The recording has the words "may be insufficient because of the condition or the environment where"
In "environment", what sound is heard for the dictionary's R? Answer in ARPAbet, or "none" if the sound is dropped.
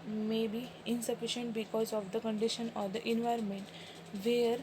R